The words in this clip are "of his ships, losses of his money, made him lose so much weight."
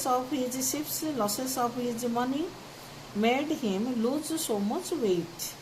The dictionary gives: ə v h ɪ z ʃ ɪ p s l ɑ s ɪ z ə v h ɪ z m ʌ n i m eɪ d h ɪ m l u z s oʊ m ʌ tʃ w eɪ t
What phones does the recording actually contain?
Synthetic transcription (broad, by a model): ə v h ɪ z s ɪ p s l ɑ s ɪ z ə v h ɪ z m ʌ n i m eɪ d h ɪ m l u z s oʊ m ʌ tʃ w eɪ t